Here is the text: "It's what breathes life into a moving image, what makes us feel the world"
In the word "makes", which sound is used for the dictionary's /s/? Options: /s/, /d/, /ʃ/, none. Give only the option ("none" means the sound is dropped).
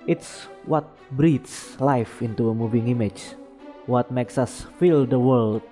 /s/